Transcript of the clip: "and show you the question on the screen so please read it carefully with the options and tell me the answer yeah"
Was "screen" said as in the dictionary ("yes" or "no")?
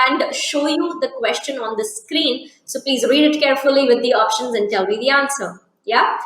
yes